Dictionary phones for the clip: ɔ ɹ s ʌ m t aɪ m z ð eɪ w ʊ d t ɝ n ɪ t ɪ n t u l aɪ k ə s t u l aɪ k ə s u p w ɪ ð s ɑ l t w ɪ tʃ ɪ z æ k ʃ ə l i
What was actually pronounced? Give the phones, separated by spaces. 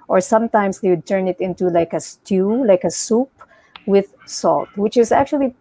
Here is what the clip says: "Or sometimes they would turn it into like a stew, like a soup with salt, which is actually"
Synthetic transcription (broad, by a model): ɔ ɹ s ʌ m t aɪ m s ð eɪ w ʊ d t ɝ n ɪ t ɪ n t u l aɪ k ə s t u l aɪ k ə s u p w ɪ ð s ɑ l t w ɪ tʃ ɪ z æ k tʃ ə l i